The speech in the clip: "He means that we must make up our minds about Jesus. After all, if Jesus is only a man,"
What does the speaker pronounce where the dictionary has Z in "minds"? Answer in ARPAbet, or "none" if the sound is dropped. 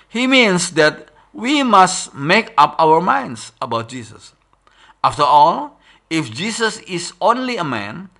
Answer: S